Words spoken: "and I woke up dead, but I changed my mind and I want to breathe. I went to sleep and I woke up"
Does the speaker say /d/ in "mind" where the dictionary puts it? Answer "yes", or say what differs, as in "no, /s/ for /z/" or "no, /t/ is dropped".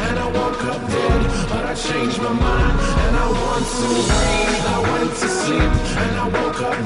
no, /d/ is dropped